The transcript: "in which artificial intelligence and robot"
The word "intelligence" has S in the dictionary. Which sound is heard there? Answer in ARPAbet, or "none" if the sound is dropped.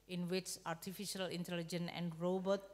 none